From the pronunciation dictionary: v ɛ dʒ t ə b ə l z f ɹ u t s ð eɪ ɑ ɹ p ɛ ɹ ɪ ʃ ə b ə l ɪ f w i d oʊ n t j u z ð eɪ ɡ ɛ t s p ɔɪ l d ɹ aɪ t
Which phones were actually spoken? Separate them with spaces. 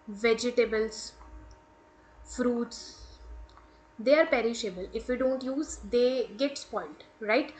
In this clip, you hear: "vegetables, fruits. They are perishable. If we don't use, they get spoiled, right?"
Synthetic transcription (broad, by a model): v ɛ dʒ t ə b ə l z f ɹ u t s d eɪ ɑ ɹ p ɛ ɹ ɪ ʃ ə b ə l ɪ f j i d oʊ n t j u z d eɪ ɡ ɛ t s p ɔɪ l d ɹ aɪ t